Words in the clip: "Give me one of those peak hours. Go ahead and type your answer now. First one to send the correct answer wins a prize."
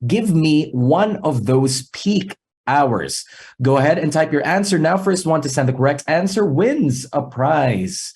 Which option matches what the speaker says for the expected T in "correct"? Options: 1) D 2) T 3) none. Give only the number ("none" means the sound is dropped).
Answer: 2